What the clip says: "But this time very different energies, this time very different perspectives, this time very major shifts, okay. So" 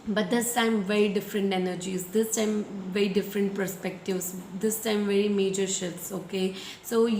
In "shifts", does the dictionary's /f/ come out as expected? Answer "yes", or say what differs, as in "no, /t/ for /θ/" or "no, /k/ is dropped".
no, /f/ is dropped